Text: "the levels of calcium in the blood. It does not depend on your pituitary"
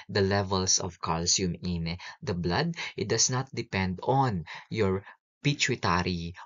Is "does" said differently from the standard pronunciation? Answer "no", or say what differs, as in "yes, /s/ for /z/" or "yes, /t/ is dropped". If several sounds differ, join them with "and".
yes, /s/ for /z/